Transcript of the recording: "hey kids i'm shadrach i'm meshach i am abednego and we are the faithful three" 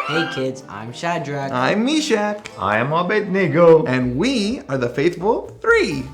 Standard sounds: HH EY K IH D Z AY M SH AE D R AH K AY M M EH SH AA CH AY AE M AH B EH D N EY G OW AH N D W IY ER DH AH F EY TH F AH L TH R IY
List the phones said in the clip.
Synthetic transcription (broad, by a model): HH EY K IH D Z AY M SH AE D R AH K AY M M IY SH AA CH AY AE M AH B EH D N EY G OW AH N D W IY ER DH AH F EY TH F AH L TH R IY